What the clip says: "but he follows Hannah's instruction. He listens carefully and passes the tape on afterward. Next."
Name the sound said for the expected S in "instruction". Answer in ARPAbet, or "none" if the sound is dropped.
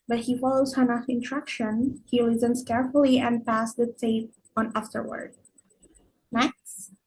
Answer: none